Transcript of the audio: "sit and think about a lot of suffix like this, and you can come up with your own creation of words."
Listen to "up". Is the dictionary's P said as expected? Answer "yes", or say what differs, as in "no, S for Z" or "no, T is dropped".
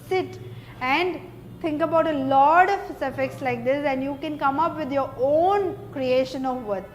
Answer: yes